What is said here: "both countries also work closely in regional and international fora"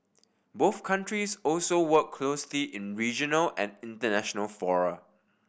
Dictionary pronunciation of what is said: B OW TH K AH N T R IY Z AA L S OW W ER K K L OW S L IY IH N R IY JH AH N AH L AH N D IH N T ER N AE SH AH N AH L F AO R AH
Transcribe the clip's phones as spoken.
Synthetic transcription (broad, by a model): B OW TH K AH N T R IY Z AA L S OW W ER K K L OW S L IY IH N R IY JH AH N AH L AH N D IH N T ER N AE SH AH N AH L F AO R AH